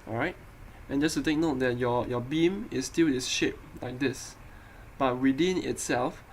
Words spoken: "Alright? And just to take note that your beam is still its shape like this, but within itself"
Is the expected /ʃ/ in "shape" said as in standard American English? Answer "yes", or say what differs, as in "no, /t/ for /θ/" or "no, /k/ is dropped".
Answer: yes